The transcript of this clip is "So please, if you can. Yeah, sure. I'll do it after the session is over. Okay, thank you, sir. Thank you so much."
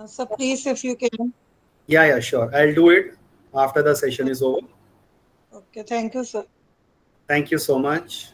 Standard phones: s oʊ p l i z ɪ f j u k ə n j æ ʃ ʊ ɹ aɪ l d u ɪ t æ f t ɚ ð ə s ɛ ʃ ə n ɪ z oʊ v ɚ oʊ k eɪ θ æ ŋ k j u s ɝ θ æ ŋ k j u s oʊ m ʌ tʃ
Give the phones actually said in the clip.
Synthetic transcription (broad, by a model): s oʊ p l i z ɪ f j u k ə l j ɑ ʃ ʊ ɹ aɪ l d u ɪ t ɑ f t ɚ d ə s ɛ ʃ ə n ɪ z oʊ v ɚ oʊ k eɪ t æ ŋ k j u s ɝ t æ ŋ k j u s oʊ m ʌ tʃ